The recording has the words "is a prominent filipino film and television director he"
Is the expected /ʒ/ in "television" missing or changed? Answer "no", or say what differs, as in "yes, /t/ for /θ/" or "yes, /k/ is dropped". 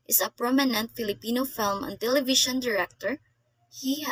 yes, /ʃ/ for /ʒ/